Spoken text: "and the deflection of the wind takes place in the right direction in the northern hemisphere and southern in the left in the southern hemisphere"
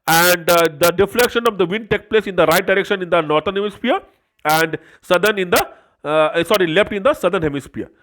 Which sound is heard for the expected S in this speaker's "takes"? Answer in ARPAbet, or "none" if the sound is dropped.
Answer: none